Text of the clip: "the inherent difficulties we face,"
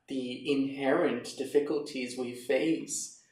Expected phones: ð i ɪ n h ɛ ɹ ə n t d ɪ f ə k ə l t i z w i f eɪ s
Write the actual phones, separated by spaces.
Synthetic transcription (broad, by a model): ð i ɪ n h ɛ ɹ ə n d ɪ f ə k ə l t i z w i f eɪ s